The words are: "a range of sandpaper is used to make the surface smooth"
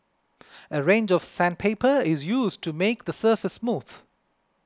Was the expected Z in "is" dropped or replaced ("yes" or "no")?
no